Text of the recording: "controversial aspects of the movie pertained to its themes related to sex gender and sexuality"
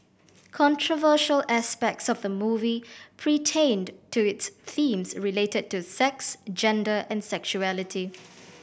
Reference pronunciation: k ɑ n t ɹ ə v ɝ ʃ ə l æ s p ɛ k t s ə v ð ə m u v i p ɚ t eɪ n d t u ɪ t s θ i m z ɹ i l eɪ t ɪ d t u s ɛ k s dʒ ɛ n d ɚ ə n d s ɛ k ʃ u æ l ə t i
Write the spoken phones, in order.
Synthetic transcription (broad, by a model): k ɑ n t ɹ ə v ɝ ʃ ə l æ s p ɛ k t s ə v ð ə m u v i p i t eɪ n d t u ɪ t s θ i m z ɹ i l eɪ t ɪ d t u s ɛ k s dʒ ɛ n d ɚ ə n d s ɛ k ʃ u æ l ə t i